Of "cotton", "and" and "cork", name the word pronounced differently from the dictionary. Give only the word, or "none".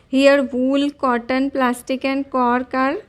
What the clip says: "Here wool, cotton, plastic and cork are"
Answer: none